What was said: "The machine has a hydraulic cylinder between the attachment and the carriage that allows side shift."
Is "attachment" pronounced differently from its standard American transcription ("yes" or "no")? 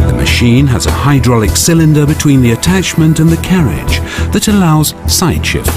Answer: no